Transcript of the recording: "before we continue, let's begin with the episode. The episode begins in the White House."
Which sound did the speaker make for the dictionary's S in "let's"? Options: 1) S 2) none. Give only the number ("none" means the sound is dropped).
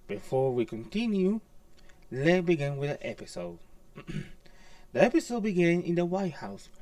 2